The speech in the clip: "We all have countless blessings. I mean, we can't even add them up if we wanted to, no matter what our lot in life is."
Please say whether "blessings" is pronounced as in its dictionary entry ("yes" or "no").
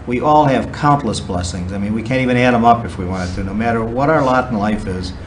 yes